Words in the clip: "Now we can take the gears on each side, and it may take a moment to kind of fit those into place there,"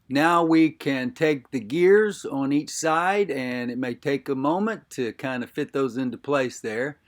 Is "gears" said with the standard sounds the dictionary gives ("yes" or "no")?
yes